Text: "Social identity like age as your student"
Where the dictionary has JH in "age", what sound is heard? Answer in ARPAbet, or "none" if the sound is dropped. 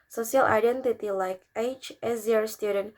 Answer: CH